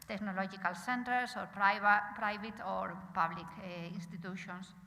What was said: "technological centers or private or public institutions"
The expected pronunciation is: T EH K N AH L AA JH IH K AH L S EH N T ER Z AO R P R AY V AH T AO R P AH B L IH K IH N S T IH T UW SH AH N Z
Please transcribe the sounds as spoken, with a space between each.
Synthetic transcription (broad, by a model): T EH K N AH L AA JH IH K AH L S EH N T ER S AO R P R AY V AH T AO R P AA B L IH K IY N S T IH T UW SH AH N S